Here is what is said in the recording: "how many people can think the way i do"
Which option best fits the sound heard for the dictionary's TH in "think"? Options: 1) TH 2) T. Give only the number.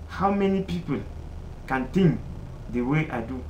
2